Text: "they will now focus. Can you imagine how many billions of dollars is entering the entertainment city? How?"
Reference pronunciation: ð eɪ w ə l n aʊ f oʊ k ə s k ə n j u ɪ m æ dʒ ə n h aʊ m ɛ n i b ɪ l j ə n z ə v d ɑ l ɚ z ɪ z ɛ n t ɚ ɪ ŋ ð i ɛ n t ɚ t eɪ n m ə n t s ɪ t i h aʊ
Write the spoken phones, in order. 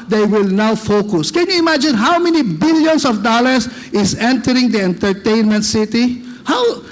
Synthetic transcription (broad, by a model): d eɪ w ə l n aʊ f oʊ k ə s k ə n j u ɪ m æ dʒ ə n h aʊ m ɛ n i b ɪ l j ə n s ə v d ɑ l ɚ s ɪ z ɛ n t ɚ ɪ ŋ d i ɛ n t ɚ t eɪ n m ə n t s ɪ t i h aʊ